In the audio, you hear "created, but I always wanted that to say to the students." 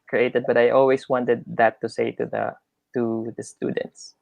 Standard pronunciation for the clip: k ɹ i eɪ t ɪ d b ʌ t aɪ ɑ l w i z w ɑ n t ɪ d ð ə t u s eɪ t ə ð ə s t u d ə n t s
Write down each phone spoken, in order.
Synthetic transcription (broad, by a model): k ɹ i eɪ t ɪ d b ʌ t aɪ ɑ l w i s w ɑ n t ɪ d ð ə t u s eɪ t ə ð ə s t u d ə n t s